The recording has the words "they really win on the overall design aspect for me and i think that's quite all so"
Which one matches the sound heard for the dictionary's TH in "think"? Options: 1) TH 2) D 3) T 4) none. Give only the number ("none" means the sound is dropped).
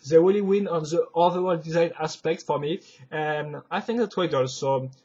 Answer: 1